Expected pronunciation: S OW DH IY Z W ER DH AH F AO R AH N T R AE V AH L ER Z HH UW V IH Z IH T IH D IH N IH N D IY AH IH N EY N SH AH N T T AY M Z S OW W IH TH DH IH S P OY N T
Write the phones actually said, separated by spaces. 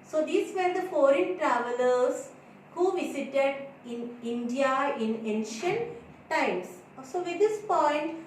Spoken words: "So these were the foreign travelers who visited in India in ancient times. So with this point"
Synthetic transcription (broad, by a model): S OW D IY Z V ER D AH F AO R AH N T R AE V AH L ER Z HH UW V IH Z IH T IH D IH N IH N D IY AH IH N EY N SH AH N T T AY M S S OW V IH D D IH S P OY N T